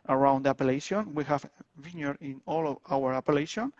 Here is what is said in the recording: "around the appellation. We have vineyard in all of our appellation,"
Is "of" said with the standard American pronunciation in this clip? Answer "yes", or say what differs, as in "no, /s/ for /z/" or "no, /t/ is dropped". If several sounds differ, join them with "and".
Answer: no, /w/ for /v/